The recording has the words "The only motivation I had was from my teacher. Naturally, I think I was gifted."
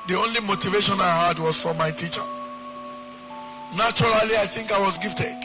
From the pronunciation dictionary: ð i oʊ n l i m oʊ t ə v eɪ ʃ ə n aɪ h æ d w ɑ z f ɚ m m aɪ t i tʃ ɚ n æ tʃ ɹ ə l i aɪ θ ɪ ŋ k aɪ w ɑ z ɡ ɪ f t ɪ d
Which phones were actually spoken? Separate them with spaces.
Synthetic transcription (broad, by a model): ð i oʊ n l i m oʊ t ə v eɪ ʃ ə n aɪ h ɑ d w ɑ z f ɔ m m aɪ t i tʃ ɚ n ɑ tʃ ɹ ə l i aɪ θ ɪ ŋ k aɪ w ɑ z ɡ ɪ f t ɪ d